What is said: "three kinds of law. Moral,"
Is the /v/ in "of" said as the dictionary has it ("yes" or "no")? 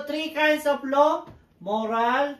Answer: no